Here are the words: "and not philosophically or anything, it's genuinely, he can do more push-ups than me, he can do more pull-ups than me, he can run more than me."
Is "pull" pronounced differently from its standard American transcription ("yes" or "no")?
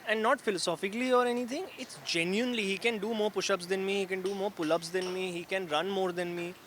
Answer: no